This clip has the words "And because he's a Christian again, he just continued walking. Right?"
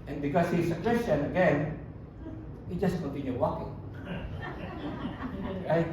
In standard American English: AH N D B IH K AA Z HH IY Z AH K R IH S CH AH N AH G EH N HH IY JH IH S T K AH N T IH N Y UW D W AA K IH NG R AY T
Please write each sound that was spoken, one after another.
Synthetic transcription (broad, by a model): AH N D B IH K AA S HH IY S AH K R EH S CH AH N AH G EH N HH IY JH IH S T K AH N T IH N Y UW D W AA K IH NG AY